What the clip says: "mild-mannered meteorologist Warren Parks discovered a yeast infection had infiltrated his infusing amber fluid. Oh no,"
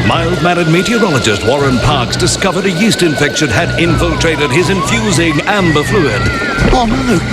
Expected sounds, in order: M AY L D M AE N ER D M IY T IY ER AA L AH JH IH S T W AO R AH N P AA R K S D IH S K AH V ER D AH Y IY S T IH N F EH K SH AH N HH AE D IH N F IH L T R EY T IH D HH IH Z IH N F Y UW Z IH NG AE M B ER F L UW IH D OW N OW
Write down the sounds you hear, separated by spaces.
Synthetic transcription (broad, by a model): M AY L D M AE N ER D M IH T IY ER AA L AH JH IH S T W AO R AH N P AA R K S D IH S K AH V ER D AH Y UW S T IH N F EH K SH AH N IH D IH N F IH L T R EY T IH D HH IH Z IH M F Y UW Z IH NG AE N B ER F L UW IH D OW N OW